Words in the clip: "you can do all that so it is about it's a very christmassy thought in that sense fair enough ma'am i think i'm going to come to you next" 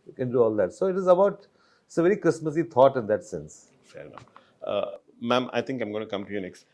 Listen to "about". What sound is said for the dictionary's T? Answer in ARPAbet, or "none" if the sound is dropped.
none